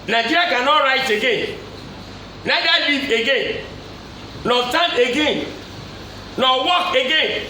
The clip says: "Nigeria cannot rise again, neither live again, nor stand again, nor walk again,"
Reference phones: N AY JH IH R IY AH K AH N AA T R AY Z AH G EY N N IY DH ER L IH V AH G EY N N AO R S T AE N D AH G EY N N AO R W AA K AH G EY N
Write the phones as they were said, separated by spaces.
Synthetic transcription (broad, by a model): N AY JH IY R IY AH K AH N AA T R AY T AH G EY N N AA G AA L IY AH G EY N N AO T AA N AH G EY N N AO W AA K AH G EY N